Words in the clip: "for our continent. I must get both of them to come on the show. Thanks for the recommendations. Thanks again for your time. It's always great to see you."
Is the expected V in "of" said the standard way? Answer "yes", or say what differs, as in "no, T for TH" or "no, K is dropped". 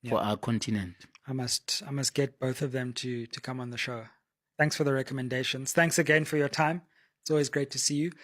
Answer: yes